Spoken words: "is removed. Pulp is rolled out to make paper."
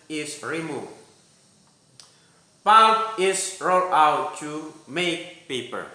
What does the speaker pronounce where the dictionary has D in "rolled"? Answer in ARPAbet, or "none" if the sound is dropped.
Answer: none